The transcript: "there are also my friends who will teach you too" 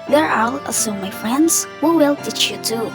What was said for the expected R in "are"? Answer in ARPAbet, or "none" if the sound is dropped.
L